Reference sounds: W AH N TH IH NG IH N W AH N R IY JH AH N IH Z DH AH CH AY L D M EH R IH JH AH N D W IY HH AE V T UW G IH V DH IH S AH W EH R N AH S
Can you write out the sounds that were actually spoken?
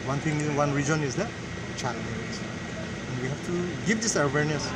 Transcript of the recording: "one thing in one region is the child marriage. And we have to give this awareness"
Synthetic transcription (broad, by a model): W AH N T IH NG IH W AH N R IY JH AH N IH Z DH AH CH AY D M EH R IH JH AH N D W IY HH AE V T UW G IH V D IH S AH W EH R N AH S